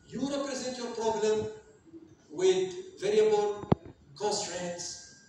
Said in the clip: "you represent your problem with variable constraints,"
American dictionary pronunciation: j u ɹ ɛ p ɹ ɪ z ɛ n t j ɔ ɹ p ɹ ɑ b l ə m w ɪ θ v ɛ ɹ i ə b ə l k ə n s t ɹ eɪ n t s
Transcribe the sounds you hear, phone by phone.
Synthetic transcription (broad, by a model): j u ɹ ɛ p ɹ ɪ z ɛ n t j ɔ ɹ p ɹ ɑ b l ə m w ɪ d v ɛ ɹ i ə b ə l k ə n s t ɹ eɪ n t s